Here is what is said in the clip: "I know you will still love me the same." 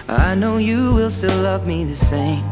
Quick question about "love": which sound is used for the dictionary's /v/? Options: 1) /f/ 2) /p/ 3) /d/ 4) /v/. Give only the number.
4